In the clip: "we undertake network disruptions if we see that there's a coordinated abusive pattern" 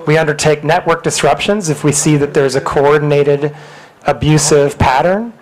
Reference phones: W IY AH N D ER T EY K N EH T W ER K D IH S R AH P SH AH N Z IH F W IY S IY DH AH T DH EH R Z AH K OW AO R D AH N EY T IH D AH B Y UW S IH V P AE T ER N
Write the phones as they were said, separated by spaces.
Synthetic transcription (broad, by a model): W IY AH N D ER T EY K N EH T W ER K D IH S R AH P SH AH N Z IH F W IY S IY DH AH T DH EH R Z AH K OW AO R D N EY T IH D AH B Y UW S IH V P AE T ER N